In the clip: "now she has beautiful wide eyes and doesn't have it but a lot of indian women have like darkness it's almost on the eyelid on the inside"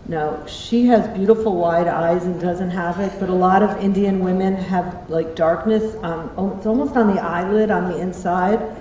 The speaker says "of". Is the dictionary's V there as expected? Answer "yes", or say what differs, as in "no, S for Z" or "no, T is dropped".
yes